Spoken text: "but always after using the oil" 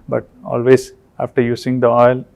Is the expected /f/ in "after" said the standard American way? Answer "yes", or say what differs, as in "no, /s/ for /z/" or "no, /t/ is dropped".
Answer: yes